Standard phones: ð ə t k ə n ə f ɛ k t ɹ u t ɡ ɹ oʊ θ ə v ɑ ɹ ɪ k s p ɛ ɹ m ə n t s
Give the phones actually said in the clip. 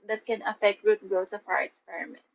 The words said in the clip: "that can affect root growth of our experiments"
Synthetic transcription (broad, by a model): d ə t k ə n ə f ɛ k t ɹ u t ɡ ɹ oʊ s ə f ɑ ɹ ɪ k s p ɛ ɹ m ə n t